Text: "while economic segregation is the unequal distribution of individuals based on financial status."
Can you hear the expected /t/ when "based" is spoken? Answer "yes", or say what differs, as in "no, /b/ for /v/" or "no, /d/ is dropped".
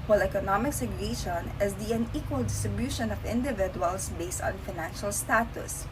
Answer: yes